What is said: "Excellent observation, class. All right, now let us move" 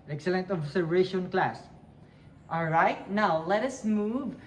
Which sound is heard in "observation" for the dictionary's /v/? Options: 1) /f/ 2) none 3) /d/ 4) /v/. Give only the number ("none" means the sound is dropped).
2